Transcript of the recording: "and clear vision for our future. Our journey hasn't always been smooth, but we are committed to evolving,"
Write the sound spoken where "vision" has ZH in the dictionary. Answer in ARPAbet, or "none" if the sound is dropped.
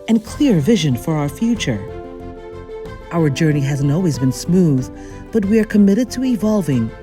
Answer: ZH